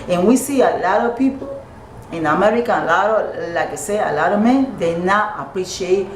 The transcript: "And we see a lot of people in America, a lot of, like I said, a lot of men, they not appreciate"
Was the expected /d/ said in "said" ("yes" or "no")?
no